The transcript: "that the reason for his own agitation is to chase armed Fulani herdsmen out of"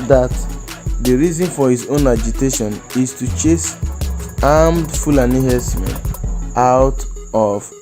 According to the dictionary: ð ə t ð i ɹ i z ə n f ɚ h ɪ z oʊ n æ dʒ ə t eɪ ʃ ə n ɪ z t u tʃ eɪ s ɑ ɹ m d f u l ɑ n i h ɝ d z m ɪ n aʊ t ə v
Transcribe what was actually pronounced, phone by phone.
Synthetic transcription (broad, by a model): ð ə t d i ɹ i z ə n f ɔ h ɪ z oʊ n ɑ dʒ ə t eɪ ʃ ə n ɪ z t u tʃ eɪ s ɑ m d f u l ɑ n i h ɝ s m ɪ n aʊ t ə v